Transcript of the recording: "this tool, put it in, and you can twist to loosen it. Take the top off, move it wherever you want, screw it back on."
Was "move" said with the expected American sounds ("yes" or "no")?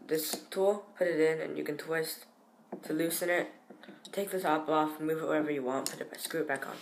yes